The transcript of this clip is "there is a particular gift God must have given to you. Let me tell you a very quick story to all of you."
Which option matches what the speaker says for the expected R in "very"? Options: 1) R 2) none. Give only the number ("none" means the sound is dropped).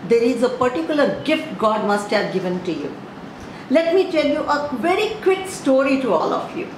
1